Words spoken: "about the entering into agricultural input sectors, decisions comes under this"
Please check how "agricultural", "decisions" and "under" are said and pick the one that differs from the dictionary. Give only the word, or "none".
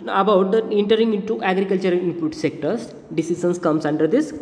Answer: decisions